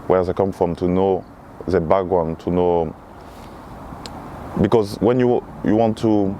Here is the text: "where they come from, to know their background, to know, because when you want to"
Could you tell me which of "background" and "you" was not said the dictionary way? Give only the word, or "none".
background